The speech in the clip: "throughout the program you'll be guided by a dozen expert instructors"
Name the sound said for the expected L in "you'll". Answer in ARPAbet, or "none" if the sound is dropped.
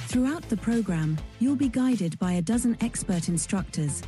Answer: L